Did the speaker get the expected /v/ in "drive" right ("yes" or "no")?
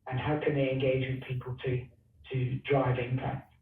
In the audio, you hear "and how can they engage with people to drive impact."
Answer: yes